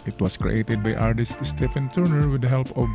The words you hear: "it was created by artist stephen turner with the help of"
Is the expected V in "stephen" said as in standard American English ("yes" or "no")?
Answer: no